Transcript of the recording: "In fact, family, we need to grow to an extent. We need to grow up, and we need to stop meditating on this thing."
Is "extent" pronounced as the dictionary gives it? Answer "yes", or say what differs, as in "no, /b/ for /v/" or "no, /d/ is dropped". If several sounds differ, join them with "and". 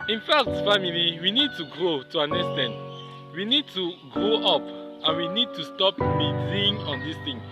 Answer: no, /k/ is dropped